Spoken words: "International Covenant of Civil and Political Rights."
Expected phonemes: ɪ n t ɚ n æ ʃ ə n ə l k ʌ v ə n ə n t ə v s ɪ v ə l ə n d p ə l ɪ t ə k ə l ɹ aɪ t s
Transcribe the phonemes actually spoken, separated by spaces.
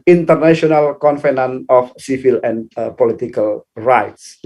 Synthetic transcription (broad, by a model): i n t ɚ n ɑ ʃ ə n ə l k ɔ f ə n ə n ə f s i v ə l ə n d p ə l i t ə k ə l ɹ aɪ t s